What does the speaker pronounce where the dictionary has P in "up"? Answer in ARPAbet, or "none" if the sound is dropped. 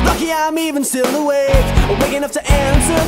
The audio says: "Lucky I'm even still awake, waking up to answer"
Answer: F